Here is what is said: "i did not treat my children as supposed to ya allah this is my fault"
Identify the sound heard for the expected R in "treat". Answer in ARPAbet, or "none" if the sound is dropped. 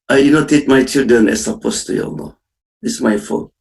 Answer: none